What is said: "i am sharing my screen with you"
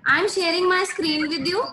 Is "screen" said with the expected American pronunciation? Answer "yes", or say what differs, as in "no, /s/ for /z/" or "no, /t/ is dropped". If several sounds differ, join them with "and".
yes